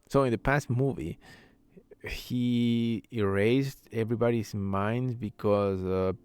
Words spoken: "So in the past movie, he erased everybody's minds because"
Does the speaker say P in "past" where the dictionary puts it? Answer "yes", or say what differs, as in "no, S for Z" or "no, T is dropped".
yes